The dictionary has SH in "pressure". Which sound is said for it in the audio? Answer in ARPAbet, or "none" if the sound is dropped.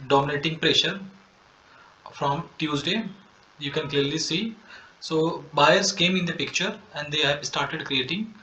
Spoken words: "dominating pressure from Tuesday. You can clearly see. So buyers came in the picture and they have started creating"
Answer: SH